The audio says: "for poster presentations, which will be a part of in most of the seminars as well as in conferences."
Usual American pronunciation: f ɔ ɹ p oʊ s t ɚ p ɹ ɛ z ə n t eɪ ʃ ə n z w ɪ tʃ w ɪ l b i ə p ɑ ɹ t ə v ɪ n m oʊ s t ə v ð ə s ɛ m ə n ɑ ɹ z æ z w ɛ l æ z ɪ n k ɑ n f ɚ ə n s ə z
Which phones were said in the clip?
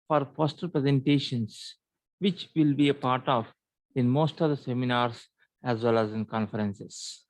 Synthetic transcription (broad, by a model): f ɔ ɹ f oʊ s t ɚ p ɹ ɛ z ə n t eɪ ʃ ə n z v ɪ tʃ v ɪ l b i ə p ɑ ɹ t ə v ɪ n m oʊ s t ə v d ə s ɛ m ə n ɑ ɹ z æ z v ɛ l æ z ɪ n k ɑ n f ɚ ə n s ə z